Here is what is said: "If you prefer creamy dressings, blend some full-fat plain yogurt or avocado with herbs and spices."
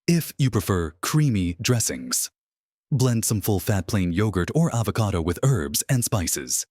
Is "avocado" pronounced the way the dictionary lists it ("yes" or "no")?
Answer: yes